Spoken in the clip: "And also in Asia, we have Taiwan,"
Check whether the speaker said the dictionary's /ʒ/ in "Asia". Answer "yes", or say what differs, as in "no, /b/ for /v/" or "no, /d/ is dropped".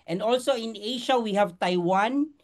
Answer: no, /ʃ/ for /ʒ/